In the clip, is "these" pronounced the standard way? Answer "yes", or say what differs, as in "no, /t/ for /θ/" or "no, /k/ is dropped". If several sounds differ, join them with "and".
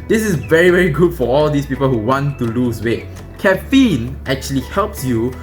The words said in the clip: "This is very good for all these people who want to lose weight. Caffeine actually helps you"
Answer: no, /s/ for /z/